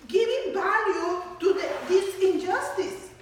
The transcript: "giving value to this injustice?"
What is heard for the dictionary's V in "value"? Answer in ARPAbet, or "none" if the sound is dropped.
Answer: B